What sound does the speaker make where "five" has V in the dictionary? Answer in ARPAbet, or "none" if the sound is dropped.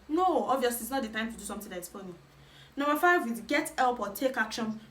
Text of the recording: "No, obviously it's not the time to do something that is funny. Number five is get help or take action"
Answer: V